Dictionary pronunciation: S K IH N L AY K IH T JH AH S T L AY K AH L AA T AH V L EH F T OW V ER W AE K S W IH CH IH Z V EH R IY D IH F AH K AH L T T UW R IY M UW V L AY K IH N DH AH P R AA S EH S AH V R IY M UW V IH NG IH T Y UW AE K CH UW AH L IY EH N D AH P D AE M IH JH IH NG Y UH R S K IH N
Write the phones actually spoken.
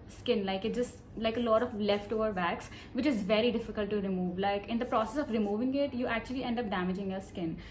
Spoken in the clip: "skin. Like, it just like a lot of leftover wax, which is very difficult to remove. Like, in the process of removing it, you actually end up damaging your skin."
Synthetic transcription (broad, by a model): S K IH N L AY K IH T JH AH S T L AY K AH L AA T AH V L EH F T OW V ER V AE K S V IH CH IH Z V EH R IY D IH F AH K AH L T T UW R IY M UW V L AY K IH N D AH P R AA S EH S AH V R IY M UW V IH NG IH T Y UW AE K CH UW AH L IY EH N D AH P D AE M IH JH IH NG Y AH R S K IH N